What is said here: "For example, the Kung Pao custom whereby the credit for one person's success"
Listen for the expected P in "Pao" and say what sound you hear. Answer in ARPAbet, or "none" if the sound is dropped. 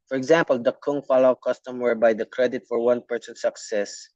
F